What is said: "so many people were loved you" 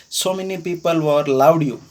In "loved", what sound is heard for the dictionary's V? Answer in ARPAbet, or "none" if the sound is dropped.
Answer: W